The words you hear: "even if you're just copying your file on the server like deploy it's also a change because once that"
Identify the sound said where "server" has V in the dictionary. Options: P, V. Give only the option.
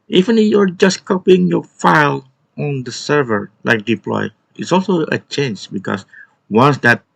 V